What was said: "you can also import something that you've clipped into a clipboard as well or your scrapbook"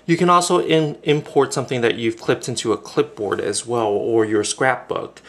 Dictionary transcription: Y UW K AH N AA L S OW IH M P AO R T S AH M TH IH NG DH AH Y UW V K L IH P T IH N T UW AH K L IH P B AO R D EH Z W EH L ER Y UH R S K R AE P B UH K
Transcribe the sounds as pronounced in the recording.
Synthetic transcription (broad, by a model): Y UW K AH N AA L S OW IH M P AO R T S AH M TH IH NG DH AH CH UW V K L IH P T IH N T UW AH K L IH P B AO R D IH Z W EH L ER Y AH R S K R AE P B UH K